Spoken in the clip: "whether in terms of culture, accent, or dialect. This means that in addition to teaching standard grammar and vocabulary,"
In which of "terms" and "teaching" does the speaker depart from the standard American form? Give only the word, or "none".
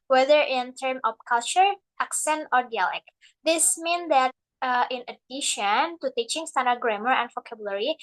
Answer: terms